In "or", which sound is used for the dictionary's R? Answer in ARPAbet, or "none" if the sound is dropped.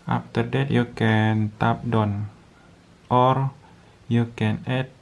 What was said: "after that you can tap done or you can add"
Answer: R